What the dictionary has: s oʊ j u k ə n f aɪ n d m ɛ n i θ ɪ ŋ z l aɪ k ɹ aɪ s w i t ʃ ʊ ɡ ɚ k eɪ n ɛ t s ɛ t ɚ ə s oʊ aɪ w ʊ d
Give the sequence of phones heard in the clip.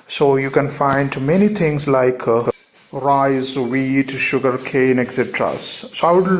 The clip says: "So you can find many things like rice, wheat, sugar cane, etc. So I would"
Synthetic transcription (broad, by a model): s oʊ j u k ə n f aɪ n d m ɛ n i t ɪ ŋ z l aɪ k ɹ aɪ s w i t ʃ ʊ ɡ ɚ k eɪ n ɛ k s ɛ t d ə s oʊ aɪ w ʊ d